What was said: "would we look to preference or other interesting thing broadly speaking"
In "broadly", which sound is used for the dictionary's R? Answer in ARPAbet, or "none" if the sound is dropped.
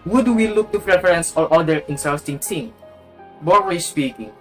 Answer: none